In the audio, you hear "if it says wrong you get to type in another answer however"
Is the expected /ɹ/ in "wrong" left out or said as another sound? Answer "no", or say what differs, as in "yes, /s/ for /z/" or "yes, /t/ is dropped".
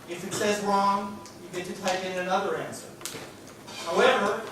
no